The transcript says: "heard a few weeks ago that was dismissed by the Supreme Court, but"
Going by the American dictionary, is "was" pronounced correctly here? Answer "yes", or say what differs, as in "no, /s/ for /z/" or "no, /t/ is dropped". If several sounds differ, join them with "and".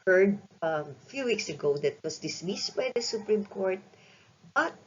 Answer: no, /s/ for /z/